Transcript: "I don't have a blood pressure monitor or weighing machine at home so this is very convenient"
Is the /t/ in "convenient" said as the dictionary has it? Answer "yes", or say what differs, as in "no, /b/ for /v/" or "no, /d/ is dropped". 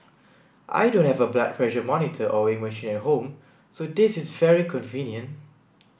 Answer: yes